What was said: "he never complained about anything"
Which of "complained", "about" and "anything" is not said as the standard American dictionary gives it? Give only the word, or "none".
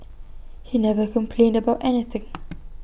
none